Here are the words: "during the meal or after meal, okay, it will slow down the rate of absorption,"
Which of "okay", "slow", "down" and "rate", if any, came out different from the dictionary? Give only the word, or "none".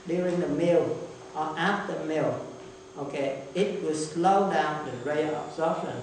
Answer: rate